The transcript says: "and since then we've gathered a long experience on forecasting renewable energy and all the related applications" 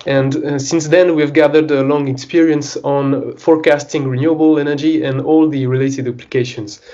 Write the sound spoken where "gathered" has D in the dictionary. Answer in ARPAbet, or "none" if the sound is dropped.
D